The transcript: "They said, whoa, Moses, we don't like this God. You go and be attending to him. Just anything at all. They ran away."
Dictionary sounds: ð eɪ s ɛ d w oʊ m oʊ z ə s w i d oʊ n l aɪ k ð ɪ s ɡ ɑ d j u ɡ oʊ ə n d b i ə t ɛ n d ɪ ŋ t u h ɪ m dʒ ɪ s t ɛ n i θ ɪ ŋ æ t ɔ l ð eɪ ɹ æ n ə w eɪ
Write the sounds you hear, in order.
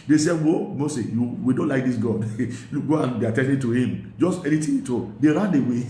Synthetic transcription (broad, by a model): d eɪ s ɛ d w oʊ m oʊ s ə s w i d oʊ n l aɪ k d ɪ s ɡ ɑ d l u ɡ oʊ ə n d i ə t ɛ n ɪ t u h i m dʒ ɪ s t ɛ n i t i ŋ t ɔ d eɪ ɹ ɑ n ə w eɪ